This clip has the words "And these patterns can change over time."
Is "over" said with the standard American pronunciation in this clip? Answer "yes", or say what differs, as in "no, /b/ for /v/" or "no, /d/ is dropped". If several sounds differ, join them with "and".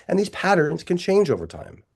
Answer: yes